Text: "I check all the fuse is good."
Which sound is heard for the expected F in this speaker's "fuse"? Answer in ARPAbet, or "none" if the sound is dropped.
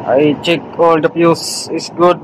P